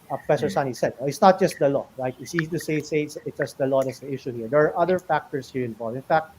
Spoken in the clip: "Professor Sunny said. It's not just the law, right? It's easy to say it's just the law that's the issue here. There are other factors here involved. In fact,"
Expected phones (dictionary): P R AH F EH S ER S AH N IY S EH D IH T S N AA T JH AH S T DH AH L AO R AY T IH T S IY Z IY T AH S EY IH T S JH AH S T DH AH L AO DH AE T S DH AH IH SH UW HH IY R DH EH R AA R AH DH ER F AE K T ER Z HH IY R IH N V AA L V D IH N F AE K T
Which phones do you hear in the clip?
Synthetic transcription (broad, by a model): P R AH F EH S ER S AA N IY S EH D IH T S N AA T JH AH S T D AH L AO R AY T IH S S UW S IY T S EY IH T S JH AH S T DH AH L AO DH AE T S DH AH IH SH UW HH IY R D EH R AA R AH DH ER F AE K T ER S HH IY R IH N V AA L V IH N F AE K T